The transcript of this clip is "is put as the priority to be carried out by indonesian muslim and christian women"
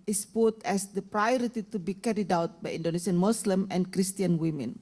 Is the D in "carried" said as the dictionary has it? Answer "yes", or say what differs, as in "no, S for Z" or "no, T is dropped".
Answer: yes